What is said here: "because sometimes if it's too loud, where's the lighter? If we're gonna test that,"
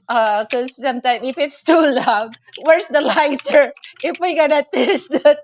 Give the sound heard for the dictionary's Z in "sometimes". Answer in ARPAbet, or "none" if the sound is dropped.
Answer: none